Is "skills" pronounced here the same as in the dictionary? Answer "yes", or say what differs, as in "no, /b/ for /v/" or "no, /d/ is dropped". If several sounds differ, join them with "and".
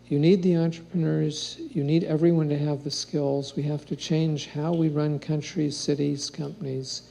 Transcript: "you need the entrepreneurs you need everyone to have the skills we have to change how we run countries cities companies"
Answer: yes